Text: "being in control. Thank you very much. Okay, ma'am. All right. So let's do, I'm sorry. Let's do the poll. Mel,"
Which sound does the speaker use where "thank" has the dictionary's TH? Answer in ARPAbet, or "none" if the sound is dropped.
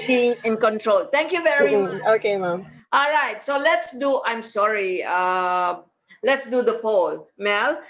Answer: T